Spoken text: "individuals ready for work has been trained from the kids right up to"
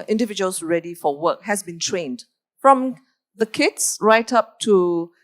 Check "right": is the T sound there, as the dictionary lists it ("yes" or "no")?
yes